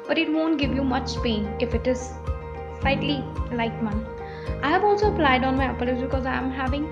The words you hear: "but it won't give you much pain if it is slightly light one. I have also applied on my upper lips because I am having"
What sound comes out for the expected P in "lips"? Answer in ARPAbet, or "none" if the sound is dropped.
none